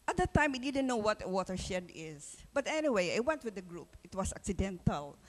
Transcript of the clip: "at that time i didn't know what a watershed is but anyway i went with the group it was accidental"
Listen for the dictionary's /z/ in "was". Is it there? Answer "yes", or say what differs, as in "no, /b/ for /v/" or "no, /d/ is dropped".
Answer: no, /s/ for /z/